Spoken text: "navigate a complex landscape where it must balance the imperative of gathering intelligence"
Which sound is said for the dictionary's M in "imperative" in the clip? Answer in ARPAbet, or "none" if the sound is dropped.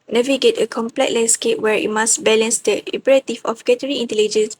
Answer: none